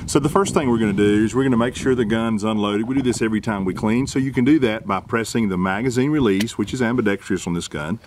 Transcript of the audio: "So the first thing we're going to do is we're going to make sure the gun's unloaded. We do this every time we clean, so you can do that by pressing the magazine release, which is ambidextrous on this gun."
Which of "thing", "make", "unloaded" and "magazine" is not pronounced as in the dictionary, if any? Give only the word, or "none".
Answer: none